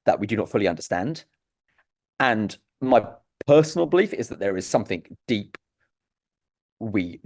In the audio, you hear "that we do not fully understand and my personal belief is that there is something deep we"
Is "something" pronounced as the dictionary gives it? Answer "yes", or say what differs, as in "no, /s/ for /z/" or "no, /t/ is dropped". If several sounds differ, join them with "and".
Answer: yes